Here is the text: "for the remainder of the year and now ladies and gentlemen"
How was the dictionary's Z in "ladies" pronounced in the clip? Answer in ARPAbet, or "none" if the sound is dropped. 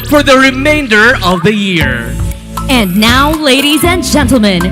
Z